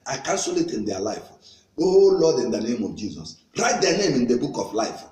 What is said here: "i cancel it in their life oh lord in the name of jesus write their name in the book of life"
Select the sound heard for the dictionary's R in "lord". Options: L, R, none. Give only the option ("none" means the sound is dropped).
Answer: L